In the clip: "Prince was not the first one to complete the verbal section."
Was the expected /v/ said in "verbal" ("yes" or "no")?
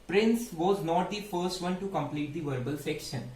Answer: yes